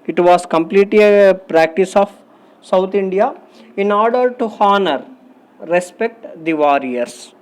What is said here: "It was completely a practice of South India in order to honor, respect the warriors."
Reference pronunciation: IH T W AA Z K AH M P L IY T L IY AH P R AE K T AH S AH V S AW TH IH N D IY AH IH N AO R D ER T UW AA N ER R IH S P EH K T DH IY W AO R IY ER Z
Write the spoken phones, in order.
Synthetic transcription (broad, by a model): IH T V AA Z K AH M P L IY T L IY AH P R AE K T AH S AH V S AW T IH N D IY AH IH N AO R D ER T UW AA N ER R IH S P EH K T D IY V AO R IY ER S